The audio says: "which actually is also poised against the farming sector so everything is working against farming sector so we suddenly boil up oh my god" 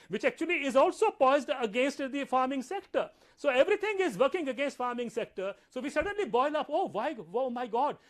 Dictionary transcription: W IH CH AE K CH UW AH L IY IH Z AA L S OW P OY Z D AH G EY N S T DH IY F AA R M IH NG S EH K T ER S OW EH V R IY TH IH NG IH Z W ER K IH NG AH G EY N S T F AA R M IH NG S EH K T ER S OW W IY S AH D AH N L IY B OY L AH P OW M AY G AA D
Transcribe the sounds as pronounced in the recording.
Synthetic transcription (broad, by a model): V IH CH AE K CH UW AH L IY IH Z AA L S OW P OY Z D AH G EY N S T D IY F AA R M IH NG S EH K T ER S OW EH V R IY T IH NG IH Z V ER K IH NG AH G EY N S T F AA R M IH NG S EH K T ER S OW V IY S AH D AH N L IY B OY L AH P OW M AY G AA D